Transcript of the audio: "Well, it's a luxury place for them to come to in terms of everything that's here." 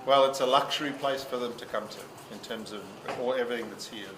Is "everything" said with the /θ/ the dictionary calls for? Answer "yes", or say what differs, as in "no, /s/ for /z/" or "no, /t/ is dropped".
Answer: yes